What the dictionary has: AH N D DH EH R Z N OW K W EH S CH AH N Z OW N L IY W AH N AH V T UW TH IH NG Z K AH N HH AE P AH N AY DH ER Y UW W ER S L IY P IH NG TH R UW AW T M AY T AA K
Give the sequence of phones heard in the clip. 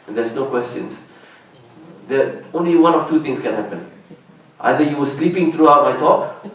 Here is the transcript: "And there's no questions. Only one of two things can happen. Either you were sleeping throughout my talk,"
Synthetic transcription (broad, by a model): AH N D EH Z N OW K W EH S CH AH N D OW N L IY W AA N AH F T UW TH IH NG S K AH N HH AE P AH N AY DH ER Y UW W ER S L IY P IH NG T R UW AW T M AY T AA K